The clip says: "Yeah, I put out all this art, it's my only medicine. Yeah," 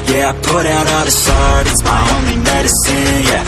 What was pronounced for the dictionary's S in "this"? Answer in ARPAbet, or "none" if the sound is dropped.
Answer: SH